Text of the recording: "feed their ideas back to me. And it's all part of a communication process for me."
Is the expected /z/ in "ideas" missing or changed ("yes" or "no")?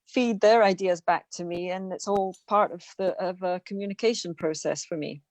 no